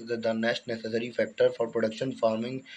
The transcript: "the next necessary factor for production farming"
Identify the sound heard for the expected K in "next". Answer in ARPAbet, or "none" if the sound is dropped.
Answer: none